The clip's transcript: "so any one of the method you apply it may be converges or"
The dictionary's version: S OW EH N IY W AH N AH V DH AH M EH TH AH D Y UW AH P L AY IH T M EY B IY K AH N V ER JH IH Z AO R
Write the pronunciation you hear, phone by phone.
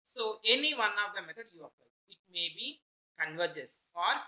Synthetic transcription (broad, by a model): S OW EH N IY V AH N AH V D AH M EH T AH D Y UW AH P AY IH T M EY B IY K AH N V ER JH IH S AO R